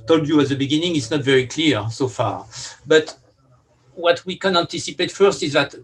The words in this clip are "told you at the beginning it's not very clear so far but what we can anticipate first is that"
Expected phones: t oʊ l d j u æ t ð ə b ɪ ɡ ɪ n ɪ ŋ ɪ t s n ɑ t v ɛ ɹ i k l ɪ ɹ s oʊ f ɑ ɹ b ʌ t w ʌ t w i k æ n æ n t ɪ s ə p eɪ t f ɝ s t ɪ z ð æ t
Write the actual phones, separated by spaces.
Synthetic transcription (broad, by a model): t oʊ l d j u æ t ð ə b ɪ ɡ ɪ n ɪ ŋ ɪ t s n ɑ t v ɛ ɹ i k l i ɹ s oʊ f ɑ ɹ b ʌ t w ʌ t w i k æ n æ n t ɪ s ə p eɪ t f ɝ s t ɪ z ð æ t